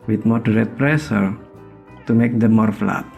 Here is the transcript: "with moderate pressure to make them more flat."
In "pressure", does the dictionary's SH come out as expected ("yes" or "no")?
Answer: no